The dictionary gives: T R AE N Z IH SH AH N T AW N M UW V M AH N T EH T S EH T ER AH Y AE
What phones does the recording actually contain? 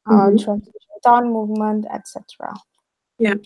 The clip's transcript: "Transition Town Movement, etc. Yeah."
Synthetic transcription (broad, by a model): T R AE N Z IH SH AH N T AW N M UW V M AH N T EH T S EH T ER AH Y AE